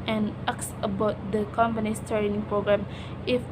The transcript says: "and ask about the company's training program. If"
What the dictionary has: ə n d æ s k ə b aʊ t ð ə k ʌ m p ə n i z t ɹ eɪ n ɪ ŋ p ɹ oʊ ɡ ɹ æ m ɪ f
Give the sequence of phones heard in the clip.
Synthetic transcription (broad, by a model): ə n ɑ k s ə b aʊ t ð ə k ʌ m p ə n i s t eɪ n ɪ ŋ p ɹ oʊ ɡ ɹ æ m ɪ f